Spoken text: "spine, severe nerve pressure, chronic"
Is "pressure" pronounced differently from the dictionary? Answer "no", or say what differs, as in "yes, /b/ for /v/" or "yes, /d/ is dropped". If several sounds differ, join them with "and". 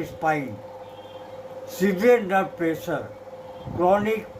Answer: yes, /s/ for /ʃ/